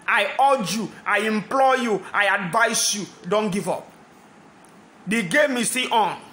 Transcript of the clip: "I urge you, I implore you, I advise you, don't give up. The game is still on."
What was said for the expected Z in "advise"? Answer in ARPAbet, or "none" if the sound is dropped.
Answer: S